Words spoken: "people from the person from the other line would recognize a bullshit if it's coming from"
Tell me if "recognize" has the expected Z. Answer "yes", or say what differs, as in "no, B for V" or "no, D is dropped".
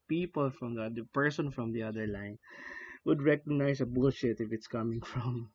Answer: no, S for Z